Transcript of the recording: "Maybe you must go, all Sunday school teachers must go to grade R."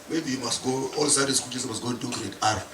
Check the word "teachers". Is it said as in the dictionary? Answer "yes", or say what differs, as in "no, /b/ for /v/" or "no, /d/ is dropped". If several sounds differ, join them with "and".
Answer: no, /s/ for /tʃ/ and /z/ is dropped